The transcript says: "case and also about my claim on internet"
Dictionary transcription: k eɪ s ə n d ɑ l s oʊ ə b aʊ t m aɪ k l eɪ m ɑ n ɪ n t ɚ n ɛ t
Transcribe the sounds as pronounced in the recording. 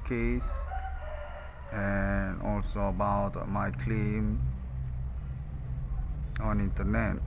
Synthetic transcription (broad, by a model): k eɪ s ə n ɑ l s oʊ ə b aʊ t m aɪ k l eɪ m ɑ n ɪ n t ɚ n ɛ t